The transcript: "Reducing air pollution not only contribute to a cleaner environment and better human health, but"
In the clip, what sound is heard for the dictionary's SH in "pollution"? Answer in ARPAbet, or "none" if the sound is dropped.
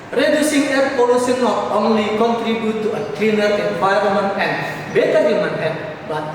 S